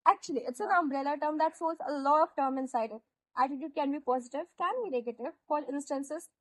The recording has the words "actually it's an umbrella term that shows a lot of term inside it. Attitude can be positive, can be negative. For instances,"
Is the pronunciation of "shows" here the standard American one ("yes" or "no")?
no